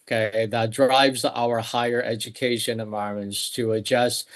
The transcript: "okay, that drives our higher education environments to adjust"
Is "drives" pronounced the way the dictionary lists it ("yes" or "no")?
yes